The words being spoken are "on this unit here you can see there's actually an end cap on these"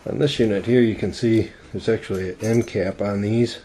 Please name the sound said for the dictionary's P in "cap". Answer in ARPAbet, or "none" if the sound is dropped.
P